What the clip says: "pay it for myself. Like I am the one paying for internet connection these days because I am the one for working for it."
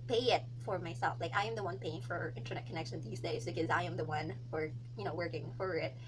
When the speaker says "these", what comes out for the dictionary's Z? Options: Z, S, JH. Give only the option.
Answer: Z